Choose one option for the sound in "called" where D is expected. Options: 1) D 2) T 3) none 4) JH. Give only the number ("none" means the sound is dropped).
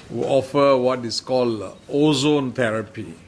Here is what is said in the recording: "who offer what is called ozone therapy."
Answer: 3